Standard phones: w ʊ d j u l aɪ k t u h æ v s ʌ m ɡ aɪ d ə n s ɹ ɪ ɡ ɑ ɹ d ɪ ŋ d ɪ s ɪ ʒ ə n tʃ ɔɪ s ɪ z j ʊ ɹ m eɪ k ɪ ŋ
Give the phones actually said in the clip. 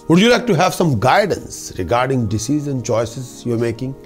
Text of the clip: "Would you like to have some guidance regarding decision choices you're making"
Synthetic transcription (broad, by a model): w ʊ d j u l aɪ k t u h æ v s ʌ m ɡ aɪ d ə n s ɹ ɪ ɡ ɑ ɹ d ɪ ŋ d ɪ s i z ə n tʃ ɔɪ s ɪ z j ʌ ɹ m eɪ k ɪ ŋ